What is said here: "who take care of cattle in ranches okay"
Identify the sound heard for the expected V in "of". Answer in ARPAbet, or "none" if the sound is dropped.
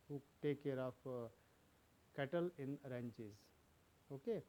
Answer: P